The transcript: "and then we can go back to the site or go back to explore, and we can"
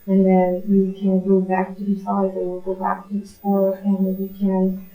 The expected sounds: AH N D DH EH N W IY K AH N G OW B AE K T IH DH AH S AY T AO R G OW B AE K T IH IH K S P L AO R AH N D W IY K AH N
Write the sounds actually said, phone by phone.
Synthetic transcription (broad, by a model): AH N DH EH N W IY K AH N G OW B AE K T IH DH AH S AY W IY L G OW B AE K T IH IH S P AO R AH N W IY K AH N